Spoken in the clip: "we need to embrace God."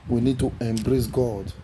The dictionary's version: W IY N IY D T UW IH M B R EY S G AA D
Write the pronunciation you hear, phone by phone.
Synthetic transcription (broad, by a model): W IY N IY D T UW IH M B R EY S G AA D